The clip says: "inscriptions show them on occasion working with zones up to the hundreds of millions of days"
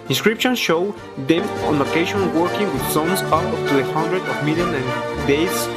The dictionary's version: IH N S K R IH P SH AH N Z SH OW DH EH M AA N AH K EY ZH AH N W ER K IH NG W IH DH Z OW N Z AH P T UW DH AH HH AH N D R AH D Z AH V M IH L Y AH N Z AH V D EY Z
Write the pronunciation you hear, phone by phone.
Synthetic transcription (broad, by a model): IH N S K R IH P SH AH N SH OW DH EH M AA N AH K EY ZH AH N W ER K IH NG W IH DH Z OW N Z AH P T UW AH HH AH N D R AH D AH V M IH L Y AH N AH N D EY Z